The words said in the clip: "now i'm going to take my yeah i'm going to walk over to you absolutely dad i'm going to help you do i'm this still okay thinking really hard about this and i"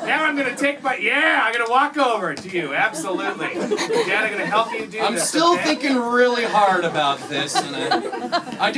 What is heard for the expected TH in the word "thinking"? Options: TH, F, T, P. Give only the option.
TH